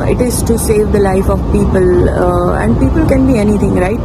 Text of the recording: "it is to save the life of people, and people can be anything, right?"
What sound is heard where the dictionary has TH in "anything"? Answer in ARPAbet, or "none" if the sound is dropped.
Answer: T